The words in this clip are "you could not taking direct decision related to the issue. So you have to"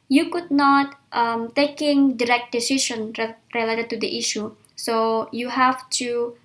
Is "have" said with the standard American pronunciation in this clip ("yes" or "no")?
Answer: no